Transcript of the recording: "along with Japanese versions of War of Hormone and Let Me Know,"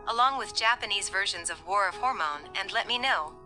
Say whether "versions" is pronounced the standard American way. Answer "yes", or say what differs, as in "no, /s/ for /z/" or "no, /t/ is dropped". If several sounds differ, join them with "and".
yes